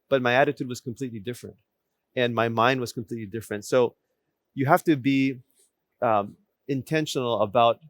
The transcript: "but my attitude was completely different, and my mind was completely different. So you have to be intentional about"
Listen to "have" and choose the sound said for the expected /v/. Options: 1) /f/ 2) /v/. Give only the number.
1